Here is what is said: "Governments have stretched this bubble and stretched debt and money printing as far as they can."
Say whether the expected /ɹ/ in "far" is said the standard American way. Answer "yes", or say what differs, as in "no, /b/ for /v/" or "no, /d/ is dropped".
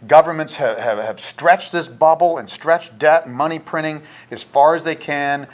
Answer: yes